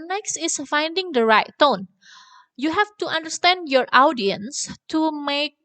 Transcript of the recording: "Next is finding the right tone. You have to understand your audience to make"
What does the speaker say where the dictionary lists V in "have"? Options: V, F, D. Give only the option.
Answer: F